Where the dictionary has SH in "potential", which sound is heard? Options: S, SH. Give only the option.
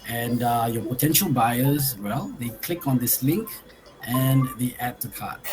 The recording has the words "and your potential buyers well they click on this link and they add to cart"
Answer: SH